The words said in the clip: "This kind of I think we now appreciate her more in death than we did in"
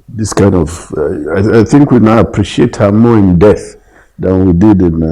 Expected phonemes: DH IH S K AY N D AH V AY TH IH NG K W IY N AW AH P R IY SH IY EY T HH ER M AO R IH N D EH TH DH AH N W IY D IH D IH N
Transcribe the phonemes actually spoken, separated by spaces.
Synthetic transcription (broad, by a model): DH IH S K AY N D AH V AY TH IH NG K W IY N AW AH P R IY SH IY EY T HH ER M AO IH N D EH TH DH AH N W IY D IH D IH N